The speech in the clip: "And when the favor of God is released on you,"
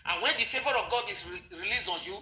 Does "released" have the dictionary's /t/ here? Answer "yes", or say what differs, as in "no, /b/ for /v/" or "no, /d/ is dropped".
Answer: no, /t/ is dropped